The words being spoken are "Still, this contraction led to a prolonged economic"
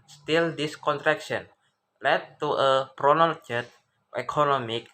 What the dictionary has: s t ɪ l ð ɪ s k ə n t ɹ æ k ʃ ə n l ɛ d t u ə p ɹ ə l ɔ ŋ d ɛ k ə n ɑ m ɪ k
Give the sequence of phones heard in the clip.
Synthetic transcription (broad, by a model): s t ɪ l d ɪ s k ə n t ɹ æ k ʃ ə n l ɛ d t u ə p ɹ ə n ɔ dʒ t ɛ k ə n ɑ m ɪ k